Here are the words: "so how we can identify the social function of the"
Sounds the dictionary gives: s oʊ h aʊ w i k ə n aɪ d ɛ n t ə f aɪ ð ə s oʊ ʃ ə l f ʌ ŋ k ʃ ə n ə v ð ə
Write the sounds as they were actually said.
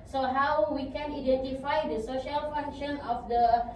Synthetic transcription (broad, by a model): s oʊ h aʊ w i k ə n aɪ d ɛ n t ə f aɪ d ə s oʊ ʃ ə l f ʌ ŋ k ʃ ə n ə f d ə